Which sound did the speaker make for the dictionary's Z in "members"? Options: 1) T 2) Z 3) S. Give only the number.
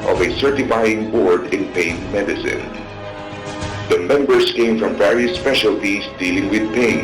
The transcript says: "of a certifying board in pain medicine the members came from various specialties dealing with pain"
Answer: 3